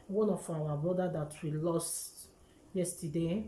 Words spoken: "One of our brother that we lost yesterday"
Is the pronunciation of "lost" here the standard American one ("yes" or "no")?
yes